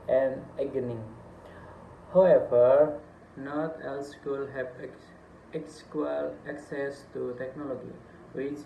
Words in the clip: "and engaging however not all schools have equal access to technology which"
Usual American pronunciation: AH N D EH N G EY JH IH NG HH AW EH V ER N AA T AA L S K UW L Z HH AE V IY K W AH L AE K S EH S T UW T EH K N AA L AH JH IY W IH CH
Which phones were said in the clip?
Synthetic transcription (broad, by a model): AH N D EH G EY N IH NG HH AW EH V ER N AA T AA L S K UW L HH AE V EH K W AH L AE K S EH S T UW T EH K N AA L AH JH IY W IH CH